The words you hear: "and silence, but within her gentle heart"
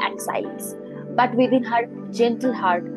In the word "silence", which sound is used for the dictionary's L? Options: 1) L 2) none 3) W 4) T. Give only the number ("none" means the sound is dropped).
2